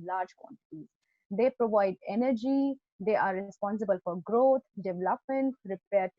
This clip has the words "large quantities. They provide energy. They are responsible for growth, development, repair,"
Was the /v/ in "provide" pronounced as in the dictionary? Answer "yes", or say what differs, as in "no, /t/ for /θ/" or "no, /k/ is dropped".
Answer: yes